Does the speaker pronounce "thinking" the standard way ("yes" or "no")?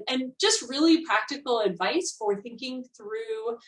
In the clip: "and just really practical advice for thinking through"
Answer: yes